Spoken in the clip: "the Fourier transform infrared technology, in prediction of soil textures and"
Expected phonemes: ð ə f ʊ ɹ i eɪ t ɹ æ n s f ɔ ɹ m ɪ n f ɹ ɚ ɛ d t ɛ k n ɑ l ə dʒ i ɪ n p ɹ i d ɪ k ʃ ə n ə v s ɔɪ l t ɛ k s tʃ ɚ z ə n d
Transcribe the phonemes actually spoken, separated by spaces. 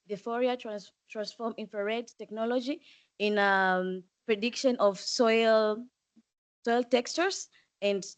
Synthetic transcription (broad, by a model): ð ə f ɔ ɹ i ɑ t ɹ æ n s f ɔ ɹ m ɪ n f ɹ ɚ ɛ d t ɛ k n ɑ l ə dʒ i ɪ n p ɹ i d ɪ k ʃ ə n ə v s ɔɪ l t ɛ k s tʃ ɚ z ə n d